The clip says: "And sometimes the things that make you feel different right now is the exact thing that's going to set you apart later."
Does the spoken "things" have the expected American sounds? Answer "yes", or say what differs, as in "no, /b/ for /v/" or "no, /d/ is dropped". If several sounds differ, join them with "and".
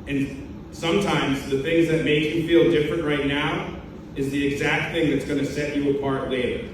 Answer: yes